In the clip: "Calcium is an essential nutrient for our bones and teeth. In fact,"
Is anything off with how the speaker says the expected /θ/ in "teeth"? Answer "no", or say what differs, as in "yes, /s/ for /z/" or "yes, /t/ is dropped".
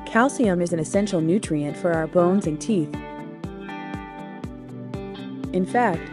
no